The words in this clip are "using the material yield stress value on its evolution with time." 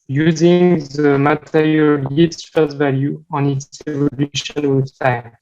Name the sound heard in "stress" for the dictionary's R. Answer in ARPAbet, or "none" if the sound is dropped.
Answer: none